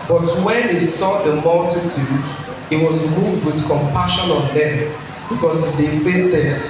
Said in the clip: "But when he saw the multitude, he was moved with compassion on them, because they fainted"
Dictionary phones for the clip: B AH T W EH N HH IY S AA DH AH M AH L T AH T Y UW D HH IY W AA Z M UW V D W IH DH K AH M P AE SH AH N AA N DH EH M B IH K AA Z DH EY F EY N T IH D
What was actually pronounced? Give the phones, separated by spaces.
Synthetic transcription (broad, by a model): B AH T W EH N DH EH S AA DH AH M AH L T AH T Y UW D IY W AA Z M UW V D W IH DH K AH M P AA SH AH N AA N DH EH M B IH K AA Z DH EY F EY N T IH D